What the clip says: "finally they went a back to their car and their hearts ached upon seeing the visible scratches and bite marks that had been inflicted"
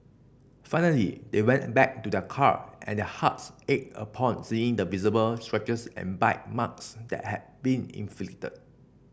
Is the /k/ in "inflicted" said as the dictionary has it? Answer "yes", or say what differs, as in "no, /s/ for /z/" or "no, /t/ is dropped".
no, /k/ is dropped